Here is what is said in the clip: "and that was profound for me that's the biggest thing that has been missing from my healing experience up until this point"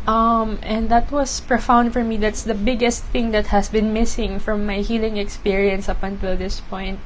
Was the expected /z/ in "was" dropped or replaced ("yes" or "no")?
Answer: yes